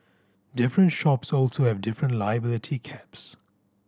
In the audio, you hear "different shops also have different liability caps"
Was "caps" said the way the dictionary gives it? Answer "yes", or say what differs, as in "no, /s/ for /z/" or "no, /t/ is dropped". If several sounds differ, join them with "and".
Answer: yes